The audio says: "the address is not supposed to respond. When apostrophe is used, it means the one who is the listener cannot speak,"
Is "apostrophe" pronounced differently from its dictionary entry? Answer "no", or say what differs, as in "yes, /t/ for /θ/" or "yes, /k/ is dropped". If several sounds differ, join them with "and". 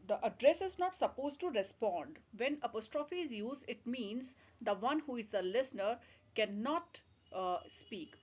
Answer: no